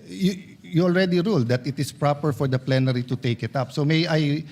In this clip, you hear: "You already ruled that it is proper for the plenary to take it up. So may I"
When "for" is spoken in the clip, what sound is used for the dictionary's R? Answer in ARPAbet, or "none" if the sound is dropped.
R